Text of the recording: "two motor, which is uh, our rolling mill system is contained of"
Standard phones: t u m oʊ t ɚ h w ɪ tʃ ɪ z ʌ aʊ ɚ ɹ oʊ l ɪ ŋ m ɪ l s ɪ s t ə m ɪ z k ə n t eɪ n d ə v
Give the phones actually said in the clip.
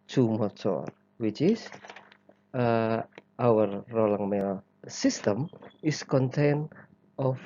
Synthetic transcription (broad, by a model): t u m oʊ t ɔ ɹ w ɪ tʃ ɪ s ʌ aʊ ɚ ɹ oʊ l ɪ ŋ m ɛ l s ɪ s t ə m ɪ s k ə n t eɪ n ə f